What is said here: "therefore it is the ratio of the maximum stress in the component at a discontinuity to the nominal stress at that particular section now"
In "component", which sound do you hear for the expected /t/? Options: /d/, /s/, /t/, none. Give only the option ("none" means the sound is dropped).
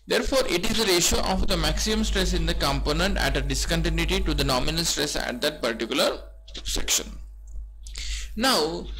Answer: /t/